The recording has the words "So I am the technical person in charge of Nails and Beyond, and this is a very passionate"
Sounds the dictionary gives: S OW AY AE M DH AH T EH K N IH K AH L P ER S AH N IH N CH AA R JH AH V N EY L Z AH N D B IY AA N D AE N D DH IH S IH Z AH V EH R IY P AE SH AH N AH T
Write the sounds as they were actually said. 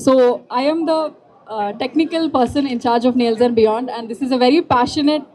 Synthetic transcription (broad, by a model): S OW AY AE M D AH T EH K N IH K AH L P ER S AH N IH N CH AA R JH AH V N EY L Z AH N B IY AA N D AE N D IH S IH Z AH V EH R IY P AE SH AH N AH T